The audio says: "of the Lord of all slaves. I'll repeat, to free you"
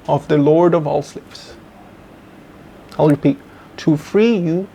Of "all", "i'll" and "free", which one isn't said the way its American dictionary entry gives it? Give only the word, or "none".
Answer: none